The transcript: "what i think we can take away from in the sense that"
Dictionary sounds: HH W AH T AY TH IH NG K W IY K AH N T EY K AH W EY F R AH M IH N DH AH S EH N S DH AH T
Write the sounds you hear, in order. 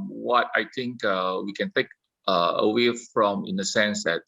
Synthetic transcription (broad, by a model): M W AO T AY T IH NG K W IY K AH N T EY K AH W EY F R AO M IH N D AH S EH N S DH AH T